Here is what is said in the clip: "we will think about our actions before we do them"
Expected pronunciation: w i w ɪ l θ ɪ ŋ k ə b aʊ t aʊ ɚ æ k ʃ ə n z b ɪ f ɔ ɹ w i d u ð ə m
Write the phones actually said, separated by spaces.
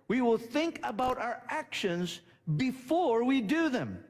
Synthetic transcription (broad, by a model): w i w ɪ l θ ɪ ŋ k ə b aʊ t aʊ ɚ æ k ʃ ə n z b ɪ f ɔ ɹ w i d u ð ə m